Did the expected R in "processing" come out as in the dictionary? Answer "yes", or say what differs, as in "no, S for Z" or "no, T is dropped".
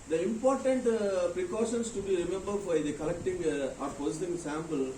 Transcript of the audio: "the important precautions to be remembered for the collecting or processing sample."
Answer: no, R is dropped